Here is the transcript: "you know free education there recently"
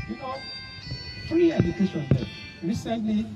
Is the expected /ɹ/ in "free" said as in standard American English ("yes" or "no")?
no